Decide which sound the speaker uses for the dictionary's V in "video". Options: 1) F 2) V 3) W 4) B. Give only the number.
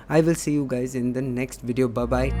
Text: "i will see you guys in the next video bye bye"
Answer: 2